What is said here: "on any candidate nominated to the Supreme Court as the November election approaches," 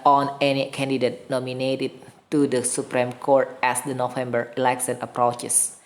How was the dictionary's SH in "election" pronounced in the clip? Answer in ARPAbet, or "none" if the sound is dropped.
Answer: S